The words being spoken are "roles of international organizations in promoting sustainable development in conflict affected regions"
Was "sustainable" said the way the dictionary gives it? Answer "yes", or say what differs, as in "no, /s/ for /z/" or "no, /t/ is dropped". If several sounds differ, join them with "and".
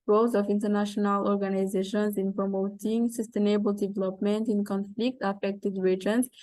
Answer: yes